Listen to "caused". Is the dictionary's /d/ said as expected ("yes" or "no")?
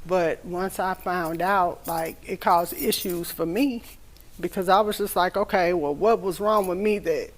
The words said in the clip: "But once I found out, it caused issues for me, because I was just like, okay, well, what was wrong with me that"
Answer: no